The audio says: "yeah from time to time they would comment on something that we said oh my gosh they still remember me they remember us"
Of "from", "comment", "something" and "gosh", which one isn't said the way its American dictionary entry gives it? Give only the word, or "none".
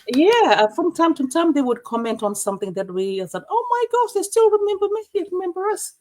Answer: none